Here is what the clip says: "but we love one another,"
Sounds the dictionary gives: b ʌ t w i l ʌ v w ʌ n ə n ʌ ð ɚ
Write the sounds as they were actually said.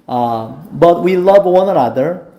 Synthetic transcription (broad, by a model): b ʌ t w i l ʌ v w ʌ n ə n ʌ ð ɚ